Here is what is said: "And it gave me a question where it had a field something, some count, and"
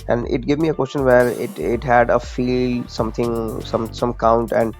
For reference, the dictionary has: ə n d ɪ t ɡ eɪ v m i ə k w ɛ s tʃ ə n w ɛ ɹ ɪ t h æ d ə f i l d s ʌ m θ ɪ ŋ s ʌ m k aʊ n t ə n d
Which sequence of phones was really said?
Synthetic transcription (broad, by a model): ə n d ɪ t ɡ eɪ v m i ə k w ɛ s tʃ ə n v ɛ ɹ ɪ t h æ d ə f i l s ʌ m t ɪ ŋ s ʌ m k aʊ n t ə n d